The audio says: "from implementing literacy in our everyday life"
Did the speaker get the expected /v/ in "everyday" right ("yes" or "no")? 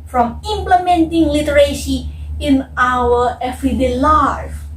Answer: no